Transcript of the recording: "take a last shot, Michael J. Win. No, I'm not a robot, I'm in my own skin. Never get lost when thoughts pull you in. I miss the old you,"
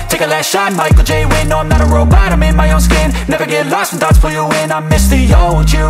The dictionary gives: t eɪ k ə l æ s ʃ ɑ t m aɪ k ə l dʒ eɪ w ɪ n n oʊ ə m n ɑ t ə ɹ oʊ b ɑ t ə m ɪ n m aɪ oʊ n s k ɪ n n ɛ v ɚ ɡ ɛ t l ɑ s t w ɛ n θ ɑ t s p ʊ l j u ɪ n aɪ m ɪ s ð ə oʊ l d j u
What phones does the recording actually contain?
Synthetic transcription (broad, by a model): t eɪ k ə l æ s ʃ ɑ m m aɪ k l dʒ eɪ w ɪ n n oʊ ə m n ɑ t ə ɹ oʊ b ɑ t ə m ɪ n m aɪ oʊ n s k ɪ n n ɛ v ɚ ɡ ɛ t l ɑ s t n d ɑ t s f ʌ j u ɪ n aɪ m ɪ s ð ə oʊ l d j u